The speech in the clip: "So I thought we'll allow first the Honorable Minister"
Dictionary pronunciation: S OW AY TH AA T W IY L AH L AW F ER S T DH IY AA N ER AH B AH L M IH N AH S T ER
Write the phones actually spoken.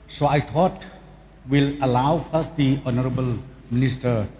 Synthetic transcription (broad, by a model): S OW AY T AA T W IY L AH L AW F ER S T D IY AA N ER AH B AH L M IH N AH S T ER